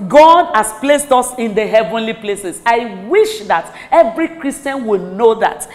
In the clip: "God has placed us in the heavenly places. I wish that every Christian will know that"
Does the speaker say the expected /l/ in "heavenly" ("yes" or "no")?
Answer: yes